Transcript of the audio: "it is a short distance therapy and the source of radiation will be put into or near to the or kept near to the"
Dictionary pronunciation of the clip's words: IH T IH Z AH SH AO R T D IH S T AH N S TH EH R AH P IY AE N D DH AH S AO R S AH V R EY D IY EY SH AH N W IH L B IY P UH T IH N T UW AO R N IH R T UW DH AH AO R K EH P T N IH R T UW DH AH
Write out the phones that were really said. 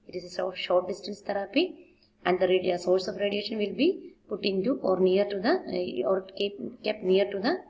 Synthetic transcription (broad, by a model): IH T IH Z AH S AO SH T D IH S T AH N S T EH R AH P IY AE N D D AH S AO R S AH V R EY D IY EY SH AH N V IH L B IY P UH T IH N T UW AO R N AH R T UW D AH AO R K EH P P N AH R T UW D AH